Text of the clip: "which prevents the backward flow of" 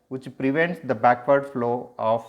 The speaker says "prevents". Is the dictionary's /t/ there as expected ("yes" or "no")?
yes